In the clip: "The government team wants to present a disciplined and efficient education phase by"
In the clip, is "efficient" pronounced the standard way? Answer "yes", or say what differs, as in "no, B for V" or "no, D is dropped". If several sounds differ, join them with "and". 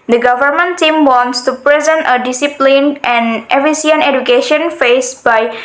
no, S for SH